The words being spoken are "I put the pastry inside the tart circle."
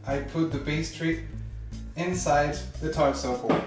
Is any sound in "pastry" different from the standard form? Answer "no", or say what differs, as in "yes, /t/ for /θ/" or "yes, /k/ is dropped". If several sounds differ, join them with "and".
yes, /b/ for /p/